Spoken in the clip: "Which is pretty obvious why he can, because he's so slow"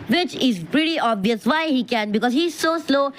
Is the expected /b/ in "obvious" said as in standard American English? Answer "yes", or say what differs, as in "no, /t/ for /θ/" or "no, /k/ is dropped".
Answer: yes